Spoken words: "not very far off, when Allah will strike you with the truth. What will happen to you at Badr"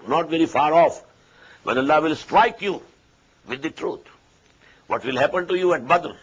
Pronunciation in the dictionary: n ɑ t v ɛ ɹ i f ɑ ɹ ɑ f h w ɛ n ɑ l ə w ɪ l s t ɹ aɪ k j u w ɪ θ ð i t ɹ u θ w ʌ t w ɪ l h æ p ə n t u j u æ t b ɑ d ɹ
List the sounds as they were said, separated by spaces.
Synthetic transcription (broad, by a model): n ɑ t v ɛ ɹ i f ɑ ɹ ɑ f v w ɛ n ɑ l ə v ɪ l s t ɹ aɪ k j u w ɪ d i t ɹ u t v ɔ t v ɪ l h æ p ə n t u j u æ t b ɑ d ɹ